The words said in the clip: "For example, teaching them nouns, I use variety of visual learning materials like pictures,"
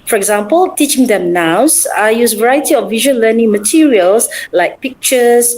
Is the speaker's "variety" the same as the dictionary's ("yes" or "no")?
yes